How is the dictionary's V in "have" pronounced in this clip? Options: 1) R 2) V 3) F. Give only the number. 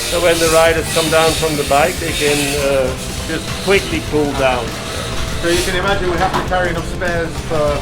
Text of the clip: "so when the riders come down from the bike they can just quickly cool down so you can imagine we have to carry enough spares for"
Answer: 3